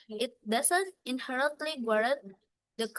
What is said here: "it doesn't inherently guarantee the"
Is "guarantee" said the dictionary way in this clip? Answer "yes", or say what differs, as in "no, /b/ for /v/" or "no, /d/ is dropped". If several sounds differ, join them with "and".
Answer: no, /n/ is dropped